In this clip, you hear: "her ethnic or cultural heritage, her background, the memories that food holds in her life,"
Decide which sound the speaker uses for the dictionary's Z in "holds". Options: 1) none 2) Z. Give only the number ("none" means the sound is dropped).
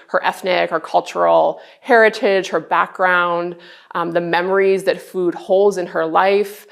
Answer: 2